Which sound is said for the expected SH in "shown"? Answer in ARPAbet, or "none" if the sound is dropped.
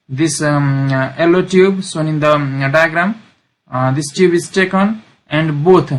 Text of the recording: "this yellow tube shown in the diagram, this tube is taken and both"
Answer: S